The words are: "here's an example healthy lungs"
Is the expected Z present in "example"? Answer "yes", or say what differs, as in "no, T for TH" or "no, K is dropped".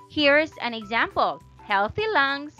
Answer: yes